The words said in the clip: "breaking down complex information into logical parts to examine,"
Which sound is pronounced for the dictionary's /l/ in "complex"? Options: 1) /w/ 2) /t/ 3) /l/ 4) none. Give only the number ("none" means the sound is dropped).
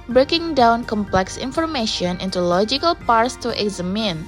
3